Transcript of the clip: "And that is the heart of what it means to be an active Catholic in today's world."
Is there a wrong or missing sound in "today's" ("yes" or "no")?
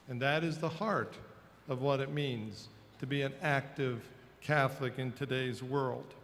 no